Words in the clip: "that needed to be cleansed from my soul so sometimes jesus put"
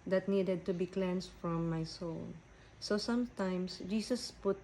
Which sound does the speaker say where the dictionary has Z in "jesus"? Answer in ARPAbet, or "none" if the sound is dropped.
S